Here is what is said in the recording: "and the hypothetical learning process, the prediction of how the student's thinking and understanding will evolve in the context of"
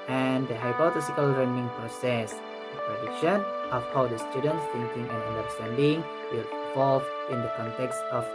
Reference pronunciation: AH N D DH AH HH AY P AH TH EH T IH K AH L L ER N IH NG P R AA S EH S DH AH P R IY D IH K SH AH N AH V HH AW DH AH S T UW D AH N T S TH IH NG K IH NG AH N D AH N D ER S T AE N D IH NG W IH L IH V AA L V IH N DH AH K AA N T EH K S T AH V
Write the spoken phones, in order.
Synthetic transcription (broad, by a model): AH N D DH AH HH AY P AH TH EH S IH K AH L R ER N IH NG P R AA S EH S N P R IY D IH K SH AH N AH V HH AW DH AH S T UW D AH N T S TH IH NG K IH NG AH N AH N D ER S T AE N D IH NG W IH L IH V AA L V IH N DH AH K AA N T EH K S T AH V